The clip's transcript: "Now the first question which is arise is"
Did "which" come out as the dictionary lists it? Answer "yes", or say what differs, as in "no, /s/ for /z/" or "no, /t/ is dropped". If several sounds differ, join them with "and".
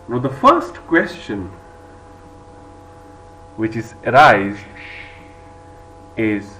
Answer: yes